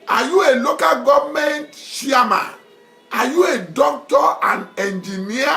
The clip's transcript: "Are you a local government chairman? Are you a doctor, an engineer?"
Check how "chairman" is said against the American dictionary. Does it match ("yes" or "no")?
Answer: no